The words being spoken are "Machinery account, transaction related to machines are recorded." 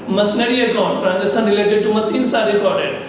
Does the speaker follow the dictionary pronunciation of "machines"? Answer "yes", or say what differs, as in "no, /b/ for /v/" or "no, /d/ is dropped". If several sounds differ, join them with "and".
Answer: no, /s/ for /ʃ/ and /s/ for /z/